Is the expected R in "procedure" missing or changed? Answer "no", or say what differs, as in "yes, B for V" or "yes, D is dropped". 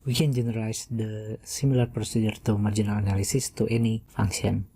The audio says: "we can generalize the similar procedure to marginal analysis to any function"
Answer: no